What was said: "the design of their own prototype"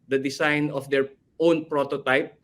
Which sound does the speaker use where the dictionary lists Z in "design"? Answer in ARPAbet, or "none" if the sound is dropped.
S